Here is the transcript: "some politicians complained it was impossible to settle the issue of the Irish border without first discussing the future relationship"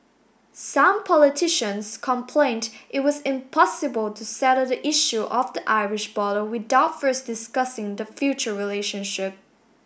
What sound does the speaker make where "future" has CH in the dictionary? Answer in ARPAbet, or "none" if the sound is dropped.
CH